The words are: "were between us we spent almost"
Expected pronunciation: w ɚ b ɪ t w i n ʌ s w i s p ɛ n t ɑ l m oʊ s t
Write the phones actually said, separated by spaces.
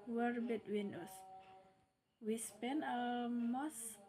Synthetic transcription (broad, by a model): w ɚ b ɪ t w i n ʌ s w i s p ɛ n ɑ m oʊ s